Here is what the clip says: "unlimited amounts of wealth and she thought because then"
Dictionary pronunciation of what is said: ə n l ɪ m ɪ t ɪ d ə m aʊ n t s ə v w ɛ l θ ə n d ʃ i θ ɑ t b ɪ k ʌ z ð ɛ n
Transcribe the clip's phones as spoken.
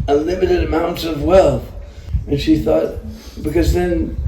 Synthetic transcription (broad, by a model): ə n l ɪ m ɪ t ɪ d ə m aʊ n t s ə v w ɛ l θ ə n ʃ i θ ɑ t b ɪ k ʌ z ð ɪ n